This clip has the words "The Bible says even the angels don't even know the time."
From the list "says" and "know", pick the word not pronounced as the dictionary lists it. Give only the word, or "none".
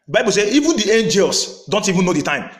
says